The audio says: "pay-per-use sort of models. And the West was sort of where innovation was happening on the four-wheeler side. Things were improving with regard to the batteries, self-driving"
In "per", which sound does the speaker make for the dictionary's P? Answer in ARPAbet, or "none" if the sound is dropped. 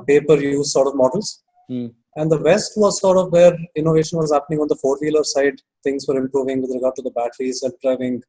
P